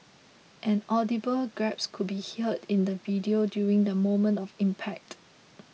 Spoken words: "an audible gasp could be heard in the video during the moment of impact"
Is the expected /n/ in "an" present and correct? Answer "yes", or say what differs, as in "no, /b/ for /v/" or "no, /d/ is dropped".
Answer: yes